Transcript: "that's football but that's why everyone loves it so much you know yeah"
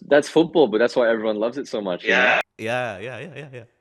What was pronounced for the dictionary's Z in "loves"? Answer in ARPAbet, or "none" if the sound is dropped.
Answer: Z